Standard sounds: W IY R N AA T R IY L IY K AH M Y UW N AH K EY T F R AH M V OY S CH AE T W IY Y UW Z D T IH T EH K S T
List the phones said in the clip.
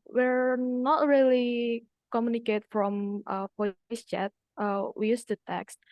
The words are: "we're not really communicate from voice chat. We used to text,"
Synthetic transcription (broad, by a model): W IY R N AA T R IY L IY K AH M Y UW N AH K EY T F R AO M F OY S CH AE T W IY Y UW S T IH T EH K S T